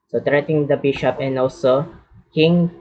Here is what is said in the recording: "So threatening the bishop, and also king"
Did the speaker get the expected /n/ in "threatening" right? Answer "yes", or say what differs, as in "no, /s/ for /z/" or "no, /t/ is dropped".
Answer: no, /n/ is dropped